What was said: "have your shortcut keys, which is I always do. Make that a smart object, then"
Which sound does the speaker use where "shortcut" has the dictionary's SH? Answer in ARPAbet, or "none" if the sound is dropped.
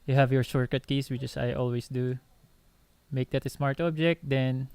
S